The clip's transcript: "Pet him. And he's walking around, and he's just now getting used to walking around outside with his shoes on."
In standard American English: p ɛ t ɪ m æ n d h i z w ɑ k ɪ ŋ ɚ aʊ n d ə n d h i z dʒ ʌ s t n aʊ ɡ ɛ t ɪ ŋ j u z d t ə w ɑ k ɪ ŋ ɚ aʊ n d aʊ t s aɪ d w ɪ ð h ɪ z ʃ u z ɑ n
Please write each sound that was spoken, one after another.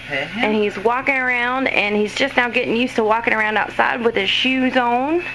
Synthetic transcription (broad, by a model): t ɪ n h i z w ɑ k ɪ ŋ ɚ aʊ n d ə n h i z dʒ ʌ s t n aʊ ɡ ɛ t ɪ ŋ j u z t ə w ɑ k ɪ ŋ ɚ aʊ n d aʊ t s aɪ d w ɪ ð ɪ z ʃ u z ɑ n